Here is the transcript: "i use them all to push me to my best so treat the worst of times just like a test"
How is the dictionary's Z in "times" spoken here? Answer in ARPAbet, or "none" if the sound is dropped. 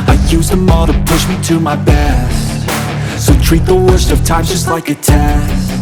none